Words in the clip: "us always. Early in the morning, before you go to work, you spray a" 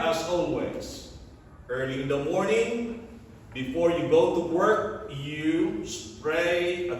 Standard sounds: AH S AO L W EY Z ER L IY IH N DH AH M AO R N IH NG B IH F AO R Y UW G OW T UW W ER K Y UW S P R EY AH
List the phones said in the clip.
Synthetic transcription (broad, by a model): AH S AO N W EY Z ER L IY IH N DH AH M AO R N IH NG B IH F AO R Y UW G OW T UW W ER K Y UW S P R EY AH